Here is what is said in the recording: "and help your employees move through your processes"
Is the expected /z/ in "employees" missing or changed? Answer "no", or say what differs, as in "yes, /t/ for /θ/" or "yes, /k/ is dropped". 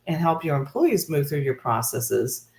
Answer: no